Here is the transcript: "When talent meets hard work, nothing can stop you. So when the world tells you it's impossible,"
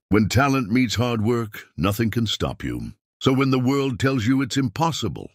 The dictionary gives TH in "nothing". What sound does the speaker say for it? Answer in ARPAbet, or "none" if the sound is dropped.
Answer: TH